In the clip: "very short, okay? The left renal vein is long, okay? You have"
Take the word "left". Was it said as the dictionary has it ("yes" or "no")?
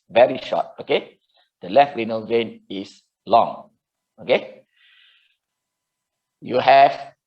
yes